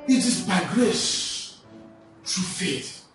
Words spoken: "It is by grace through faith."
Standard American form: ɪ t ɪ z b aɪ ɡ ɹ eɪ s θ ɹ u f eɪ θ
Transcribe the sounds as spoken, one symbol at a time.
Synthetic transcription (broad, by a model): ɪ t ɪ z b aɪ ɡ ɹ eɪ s t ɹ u f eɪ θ